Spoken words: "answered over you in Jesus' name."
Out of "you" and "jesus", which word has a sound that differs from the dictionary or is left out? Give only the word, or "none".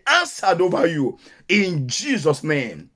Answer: none